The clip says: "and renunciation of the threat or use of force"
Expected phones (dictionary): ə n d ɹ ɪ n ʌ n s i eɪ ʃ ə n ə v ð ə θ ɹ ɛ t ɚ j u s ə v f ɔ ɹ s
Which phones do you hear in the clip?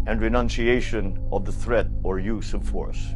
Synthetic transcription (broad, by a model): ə n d ɹ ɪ n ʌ n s i eɪ ʃ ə n ə v ð ə θ ɹ ɛ t ɚ j u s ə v f ɔ ɹ s